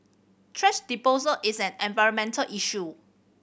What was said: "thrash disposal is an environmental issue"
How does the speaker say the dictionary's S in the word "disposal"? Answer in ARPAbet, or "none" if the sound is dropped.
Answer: none